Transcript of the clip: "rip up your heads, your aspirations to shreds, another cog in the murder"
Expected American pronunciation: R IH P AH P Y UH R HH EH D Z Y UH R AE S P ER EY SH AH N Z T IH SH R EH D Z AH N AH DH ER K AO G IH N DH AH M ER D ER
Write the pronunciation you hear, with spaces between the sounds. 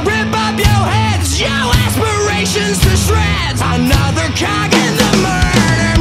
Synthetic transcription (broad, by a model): R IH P AH P Y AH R HH EH D Z Y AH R AE S P ER EY SH AH N Z T IH S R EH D AH N AH DH ER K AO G IH N DH AH M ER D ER